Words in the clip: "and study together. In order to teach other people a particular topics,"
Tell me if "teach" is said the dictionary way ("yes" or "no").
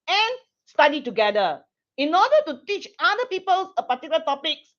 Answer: yes